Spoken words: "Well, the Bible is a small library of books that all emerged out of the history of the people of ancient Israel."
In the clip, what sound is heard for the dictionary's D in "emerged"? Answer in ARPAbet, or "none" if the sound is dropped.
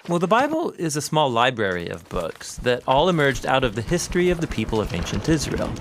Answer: D